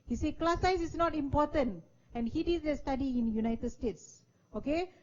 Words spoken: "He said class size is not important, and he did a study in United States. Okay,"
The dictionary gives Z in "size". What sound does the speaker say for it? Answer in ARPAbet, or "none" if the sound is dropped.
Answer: S